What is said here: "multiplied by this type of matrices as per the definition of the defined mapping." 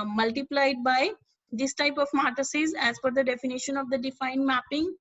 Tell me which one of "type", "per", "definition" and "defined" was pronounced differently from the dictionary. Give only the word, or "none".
per